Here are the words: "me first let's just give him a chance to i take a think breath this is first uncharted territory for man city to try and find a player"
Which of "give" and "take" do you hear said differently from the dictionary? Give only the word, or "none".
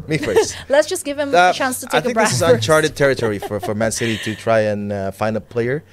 take